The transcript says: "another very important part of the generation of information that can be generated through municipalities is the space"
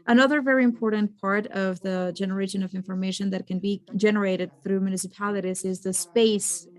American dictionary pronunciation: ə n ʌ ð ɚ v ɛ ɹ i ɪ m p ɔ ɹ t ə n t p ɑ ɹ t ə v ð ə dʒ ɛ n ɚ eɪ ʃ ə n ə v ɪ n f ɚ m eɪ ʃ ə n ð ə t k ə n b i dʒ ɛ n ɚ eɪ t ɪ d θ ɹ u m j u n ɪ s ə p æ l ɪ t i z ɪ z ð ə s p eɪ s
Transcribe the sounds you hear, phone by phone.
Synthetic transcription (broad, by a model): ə n ʌ ð ɚ v ɛ ɹ i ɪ m p ɔ ɹ t n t p ɑ ɹ t ə v ð ə dʒ ɛ n ɚ eɪ ʃ ə n ə v ɪ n f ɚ m eɪ ʃ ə n ð ə t k ə n b i dʒ ɛ n ɚ eɪ t ɪ d θ ɹ u m j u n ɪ s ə p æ l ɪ t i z ɪ z ð ə s p eɪ s